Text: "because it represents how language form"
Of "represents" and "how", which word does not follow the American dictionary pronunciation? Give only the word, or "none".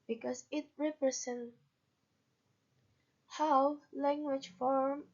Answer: represents